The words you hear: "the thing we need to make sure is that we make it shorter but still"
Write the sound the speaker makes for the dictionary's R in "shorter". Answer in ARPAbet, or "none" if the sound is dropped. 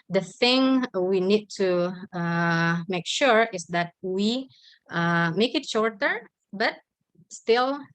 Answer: R